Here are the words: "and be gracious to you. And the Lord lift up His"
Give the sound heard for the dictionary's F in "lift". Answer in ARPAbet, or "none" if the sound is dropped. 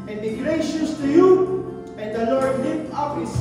none